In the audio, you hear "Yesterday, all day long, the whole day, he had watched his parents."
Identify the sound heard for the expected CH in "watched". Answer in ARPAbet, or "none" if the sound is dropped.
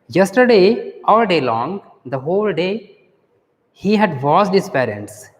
S